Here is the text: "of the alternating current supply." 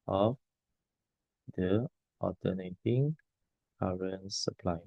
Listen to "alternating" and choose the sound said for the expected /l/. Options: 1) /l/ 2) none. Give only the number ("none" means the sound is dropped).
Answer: 2